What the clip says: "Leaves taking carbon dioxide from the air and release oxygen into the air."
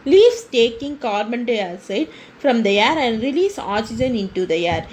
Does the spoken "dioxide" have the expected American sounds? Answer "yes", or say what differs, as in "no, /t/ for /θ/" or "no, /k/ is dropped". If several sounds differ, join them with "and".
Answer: no, /k/ is dropped